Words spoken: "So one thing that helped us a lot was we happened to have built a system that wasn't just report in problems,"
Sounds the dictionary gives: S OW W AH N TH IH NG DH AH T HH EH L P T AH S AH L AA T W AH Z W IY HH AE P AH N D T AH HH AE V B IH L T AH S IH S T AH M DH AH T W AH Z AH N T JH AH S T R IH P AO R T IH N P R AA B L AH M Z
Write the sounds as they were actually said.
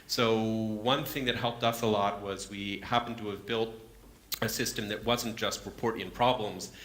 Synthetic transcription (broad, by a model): S OW W AH N TH IH NG DH AH T HH EH L P T AH S AH L AA T W AH Z W IY HH AE P N T AH V B IH L T AH S IH S T AH M DH AH T W AH Z N JH AH S T R IH P AO R T IH N P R AA B L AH M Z